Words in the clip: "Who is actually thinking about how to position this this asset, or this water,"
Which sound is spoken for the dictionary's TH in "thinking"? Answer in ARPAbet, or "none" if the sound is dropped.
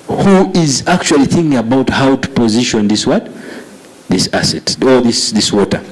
TH